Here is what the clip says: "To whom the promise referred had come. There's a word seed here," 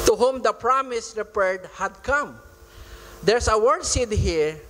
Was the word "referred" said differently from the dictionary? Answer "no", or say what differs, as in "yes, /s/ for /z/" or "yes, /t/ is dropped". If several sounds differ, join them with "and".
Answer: yes, /p/ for /f/